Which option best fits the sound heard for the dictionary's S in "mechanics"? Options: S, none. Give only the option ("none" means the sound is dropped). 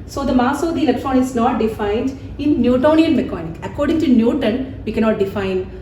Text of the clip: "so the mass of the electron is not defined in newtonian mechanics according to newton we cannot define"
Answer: none